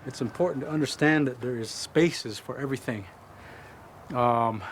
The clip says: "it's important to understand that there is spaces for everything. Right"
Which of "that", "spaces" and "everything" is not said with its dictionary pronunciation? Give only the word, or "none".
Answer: none